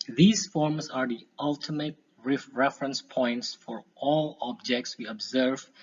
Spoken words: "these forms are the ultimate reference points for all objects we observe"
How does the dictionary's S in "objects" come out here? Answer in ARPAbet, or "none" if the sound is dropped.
S